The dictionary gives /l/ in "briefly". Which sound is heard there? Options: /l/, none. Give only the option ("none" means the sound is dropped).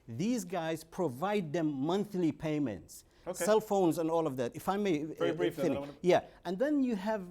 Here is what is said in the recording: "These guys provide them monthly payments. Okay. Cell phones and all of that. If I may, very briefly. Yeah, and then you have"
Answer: none